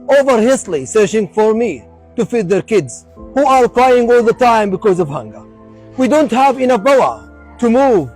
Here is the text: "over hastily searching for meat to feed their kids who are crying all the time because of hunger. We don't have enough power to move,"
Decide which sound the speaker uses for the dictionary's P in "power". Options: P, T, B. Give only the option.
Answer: B